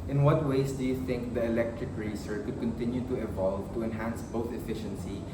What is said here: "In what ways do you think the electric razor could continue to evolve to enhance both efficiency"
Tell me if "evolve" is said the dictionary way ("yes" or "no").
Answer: yes